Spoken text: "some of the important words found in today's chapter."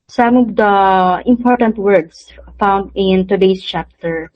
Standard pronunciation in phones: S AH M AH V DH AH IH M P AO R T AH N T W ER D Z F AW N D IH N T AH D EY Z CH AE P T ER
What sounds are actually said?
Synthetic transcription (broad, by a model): S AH M AH V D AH IH M P AO R T AH N T W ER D S F AW N D IH N T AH D EY S CH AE P T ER